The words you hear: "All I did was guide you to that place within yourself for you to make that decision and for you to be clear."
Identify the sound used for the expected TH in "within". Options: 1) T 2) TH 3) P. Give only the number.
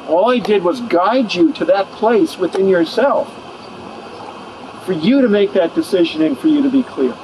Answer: 2